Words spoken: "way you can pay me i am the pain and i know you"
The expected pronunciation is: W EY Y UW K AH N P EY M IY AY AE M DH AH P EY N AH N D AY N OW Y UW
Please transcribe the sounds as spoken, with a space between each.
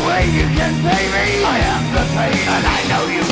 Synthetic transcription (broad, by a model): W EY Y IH K AH N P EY M IY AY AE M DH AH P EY AH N AY N OW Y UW